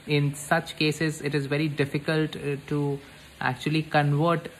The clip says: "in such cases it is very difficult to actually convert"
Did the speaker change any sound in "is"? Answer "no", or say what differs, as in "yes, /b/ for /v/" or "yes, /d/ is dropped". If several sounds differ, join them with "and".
no